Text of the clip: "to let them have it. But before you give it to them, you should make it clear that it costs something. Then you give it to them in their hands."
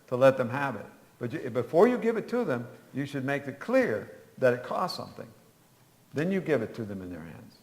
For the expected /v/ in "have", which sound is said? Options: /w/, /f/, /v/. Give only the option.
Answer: /v/